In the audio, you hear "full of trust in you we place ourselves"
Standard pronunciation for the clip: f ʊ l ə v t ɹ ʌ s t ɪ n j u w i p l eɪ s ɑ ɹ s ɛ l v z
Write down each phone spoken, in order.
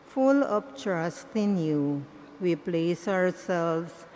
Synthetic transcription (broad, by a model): f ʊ l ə p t ɹ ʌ s t ɪ n j u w i p l eɪ s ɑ ɹ s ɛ l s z